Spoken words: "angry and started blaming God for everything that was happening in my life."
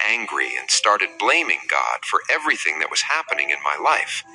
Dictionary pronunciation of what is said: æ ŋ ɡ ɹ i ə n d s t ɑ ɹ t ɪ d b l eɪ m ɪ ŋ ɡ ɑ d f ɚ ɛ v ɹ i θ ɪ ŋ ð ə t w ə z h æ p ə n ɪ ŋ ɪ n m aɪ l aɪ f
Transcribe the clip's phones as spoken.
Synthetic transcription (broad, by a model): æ ŋ ɡ ɹ i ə n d s t ɑ ɹ t ɪ d b l eɪ m ɪ ŋ ɡ ɑ d f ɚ ɛ v ɹ i θ ɪ ŋ ð ə t w ə z h æ p ə n ɪ ŋ ɪ n m aɪ l aɪ f